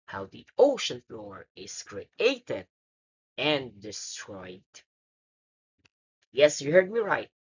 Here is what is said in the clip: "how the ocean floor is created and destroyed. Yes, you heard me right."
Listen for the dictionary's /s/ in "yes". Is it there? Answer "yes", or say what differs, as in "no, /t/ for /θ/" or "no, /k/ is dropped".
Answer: yes